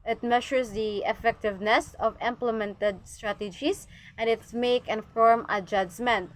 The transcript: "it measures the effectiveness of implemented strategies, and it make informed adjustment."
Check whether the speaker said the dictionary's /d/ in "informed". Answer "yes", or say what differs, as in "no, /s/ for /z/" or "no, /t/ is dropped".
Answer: no, /d/ is dropped